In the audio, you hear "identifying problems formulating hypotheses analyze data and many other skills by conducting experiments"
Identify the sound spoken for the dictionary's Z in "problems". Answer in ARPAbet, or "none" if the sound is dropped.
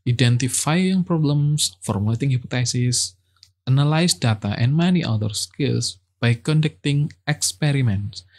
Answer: S